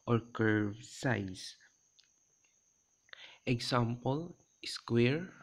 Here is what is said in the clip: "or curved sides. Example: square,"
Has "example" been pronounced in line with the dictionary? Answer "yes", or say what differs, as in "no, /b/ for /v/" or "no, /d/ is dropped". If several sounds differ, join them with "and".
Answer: no, /s/ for /z/